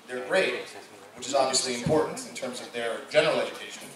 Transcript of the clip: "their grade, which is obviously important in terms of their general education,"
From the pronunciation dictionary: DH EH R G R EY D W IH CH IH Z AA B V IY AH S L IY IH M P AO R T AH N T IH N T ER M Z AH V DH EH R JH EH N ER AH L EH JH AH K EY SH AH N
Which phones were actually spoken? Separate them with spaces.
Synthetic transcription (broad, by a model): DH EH R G R EY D W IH CH IH Z AA B V IY AH S L IY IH M P AO R T N T IH N T ER M Z AH V DH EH R JH EH N ER AH L EH JH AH K EY SH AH N